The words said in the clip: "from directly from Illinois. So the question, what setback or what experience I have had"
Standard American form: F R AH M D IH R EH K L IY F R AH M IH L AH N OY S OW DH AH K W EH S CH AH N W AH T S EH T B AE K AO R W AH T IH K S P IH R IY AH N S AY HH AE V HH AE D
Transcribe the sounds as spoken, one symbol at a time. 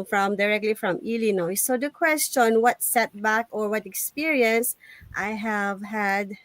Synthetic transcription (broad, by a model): F R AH M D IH R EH K L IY F R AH M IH L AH N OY S OW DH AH K W EH S CH AH N W AH T S EH T B AE K AO R W AH T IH K S P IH R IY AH N S AY HH AE V HH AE D